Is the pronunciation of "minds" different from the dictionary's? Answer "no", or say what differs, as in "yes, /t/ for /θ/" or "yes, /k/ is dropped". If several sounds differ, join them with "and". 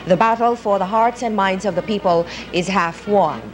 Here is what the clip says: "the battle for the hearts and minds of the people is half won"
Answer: no